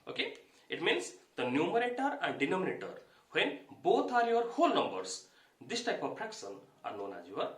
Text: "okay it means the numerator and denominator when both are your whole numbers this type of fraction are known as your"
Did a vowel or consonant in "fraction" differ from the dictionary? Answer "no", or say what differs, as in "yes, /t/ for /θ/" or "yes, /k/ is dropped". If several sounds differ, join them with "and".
yes, /p/ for /f/ and /s/ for /ʃ/